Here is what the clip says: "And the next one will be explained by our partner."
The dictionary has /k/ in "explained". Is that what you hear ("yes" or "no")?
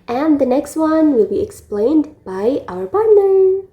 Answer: yes